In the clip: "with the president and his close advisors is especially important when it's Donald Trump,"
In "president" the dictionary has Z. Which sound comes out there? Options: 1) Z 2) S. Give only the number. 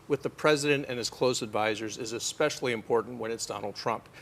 1